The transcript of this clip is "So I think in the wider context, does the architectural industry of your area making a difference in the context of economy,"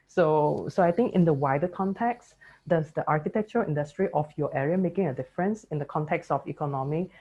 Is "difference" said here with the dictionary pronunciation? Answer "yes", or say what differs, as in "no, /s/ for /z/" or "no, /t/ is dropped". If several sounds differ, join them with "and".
yes